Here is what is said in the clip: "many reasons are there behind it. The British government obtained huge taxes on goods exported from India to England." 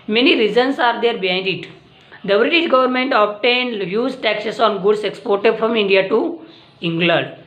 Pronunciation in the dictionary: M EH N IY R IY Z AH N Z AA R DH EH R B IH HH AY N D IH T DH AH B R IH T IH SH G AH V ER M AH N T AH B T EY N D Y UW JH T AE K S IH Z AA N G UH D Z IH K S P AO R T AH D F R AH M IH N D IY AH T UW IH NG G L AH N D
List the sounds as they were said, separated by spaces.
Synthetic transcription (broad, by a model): M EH N IY R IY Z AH N S AA R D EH R B IH HH AY N D IH T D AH B R IH T IH SH G AH V ER M AH N T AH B T EY N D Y UW Z T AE K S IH S AA N G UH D S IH K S P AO R T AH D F R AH M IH N D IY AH T UW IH NG G L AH N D